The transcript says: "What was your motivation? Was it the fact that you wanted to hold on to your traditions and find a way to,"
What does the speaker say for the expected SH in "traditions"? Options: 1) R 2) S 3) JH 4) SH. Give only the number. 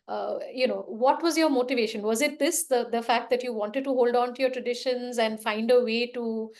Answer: 4